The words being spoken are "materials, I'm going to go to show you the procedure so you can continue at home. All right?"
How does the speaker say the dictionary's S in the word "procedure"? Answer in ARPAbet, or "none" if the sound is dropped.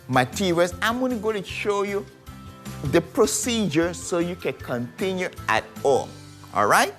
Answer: S